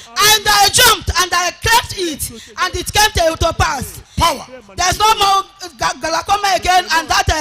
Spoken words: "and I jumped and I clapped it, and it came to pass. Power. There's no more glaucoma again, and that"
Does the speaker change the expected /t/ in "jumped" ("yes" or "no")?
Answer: no